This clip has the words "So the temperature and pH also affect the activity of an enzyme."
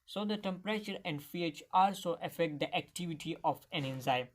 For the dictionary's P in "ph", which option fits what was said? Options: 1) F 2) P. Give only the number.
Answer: 1